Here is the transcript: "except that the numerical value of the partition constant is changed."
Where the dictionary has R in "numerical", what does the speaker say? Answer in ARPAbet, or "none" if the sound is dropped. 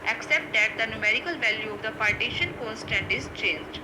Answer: R